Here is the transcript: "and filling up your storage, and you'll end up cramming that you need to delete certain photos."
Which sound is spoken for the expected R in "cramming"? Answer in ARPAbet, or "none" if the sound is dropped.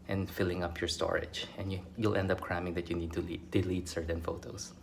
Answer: R